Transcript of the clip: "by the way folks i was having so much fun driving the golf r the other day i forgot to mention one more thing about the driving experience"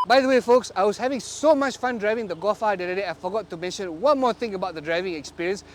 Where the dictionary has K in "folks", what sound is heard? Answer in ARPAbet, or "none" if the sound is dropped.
K